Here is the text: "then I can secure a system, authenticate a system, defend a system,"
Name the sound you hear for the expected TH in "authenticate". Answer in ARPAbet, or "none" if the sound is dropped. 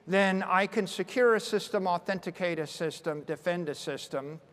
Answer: TH